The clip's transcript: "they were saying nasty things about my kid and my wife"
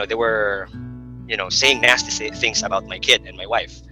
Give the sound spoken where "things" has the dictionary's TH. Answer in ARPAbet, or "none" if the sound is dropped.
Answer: TH